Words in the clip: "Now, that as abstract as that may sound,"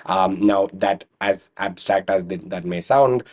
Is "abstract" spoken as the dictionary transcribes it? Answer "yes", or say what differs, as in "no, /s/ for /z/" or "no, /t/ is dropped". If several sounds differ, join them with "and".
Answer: yes